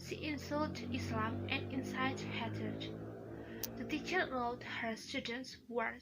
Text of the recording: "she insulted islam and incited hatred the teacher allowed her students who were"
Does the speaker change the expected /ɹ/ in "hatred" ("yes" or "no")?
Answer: yes